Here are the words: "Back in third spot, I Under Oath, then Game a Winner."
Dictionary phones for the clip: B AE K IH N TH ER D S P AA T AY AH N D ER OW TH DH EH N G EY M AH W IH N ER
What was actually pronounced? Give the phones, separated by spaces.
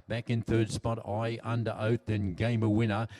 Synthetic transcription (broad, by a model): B AE K IH N TH ER D S P AA T AY AH N D ER OW TH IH N G EY M AH W IH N ER